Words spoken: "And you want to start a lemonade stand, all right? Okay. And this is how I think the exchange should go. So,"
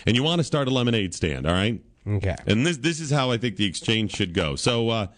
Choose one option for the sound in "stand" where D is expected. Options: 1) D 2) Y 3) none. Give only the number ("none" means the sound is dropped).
1